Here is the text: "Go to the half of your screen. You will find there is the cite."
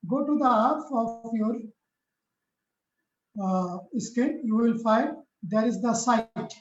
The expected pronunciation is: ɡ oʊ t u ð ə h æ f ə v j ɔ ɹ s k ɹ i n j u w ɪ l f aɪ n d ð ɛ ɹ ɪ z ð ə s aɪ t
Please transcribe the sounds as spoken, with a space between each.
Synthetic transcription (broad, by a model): ɡ oʊ t u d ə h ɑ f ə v j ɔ ɹ s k ɛ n j u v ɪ l f aɪ n d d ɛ ɹ ɪ z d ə s aɪ t